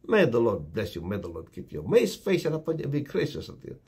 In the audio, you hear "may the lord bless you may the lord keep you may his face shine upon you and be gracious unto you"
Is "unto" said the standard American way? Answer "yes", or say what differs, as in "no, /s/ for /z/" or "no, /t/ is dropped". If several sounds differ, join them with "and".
no, /n/ is dropped